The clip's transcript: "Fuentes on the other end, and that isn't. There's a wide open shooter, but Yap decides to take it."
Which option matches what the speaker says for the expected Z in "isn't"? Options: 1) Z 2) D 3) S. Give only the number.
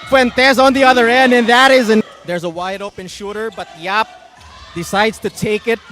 1